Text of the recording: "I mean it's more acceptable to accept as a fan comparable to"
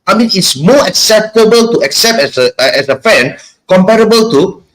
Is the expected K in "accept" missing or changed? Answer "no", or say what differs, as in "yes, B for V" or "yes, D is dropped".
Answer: no